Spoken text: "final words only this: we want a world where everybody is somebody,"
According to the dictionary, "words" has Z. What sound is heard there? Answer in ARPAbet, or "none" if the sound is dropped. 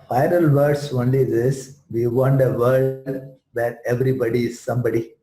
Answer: S